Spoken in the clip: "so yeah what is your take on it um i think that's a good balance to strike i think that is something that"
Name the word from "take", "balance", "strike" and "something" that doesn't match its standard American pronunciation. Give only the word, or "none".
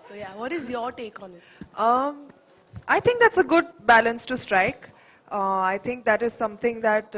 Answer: something